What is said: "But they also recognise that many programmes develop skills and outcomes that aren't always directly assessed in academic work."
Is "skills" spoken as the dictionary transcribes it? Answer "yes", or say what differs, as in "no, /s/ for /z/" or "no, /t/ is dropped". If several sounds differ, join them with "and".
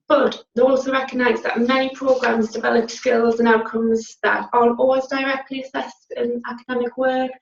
yes